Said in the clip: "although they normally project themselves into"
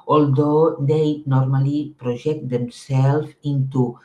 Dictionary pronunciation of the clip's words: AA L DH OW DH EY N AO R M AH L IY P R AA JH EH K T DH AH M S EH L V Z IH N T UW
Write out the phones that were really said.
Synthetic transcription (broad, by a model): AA L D OW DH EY N AO R M AH L IY P R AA ZH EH K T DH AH M S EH L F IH N T UW